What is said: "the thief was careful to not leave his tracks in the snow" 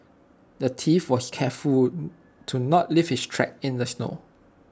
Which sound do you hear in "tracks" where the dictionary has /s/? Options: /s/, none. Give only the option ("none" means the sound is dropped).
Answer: none